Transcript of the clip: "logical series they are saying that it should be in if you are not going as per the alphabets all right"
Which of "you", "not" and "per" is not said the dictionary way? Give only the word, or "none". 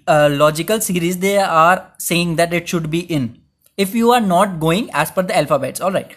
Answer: per